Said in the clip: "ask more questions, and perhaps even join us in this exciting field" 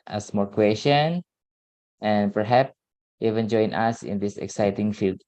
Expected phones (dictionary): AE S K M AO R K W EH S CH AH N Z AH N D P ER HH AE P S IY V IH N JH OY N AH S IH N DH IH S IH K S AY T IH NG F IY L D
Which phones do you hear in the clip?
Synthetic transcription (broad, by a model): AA S M AO R K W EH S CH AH N AH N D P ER HH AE P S IY V IH N JH OY N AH S IH N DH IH S IH K S AY T IH NG F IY L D